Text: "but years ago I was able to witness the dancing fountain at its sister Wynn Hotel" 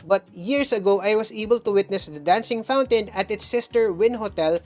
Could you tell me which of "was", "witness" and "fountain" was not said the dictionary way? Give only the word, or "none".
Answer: was